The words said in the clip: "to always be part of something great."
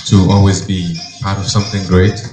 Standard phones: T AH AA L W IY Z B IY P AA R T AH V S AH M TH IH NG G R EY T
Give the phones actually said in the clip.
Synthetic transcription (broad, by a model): T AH AA L W IY Z B IY P AA R T AH V S AH M TH IH NG G R EY T